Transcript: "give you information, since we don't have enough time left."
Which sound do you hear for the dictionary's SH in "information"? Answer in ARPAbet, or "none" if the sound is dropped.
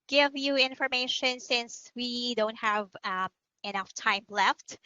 SH